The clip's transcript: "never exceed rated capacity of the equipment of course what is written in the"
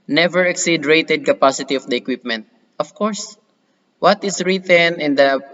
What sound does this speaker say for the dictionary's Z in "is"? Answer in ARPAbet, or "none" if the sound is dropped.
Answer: S